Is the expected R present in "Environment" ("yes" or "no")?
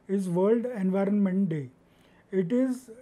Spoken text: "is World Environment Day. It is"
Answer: yes